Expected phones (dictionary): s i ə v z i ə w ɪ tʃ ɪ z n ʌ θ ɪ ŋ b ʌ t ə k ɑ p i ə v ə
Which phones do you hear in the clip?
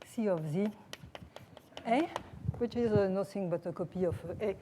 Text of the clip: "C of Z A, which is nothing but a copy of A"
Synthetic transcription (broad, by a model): s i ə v z i ə w ɪ tʃ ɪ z n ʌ s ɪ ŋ b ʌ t ə k ɑ p i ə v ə